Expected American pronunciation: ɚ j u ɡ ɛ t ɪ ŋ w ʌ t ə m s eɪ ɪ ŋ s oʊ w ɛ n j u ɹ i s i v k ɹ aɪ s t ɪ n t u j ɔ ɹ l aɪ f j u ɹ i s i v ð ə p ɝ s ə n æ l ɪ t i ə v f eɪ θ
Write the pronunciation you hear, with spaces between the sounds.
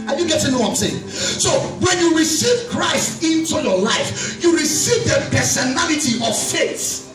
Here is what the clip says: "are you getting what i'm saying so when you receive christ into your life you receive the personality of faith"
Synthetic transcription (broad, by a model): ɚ j u ɡ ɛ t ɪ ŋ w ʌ ə m s eɪ ɪ ŋ s oʊ w ɛ n j u ɹ i s i v k ɹ aɪ s t ɪ n t u j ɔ l aɪ f j u ɹ i s i v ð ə p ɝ s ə n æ l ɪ t i ə v f eɪ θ